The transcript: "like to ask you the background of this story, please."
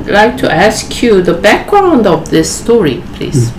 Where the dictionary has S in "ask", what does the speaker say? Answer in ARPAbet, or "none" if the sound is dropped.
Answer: S